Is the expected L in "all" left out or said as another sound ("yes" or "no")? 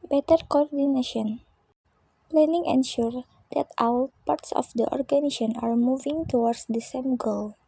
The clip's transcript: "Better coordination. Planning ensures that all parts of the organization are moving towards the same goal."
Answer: yes